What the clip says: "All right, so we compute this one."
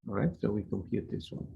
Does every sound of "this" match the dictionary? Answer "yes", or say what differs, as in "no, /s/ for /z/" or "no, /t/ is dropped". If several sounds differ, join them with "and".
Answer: yes